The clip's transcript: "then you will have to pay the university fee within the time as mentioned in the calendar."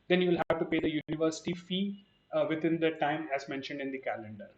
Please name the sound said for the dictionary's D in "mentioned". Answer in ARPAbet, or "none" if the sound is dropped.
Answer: D